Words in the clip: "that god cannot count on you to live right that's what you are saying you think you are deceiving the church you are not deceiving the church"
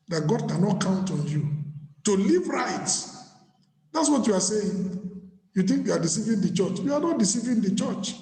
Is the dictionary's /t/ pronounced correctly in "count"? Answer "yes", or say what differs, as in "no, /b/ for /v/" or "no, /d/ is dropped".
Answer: yes